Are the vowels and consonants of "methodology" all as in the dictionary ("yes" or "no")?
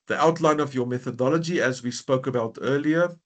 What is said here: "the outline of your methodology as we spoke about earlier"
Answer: yes